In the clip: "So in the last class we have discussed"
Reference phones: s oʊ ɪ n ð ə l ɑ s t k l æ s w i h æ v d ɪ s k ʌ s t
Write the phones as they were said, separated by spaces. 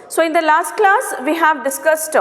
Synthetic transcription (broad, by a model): s oʊ ɪ n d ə l ɑ s t k l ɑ s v i h æ v d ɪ s k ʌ s t